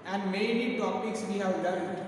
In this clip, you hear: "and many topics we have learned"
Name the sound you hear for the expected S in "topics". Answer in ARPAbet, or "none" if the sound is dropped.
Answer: S